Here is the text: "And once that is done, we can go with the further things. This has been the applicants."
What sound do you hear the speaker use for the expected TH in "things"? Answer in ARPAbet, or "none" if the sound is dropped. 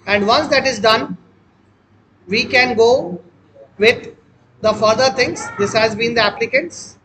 T